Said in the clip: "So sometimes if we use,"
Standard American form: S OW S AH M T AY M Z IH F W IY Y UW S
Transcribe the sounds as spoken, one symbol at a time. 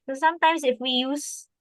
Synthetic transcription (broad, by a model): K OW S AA M T AY M S IH F W IY Y UW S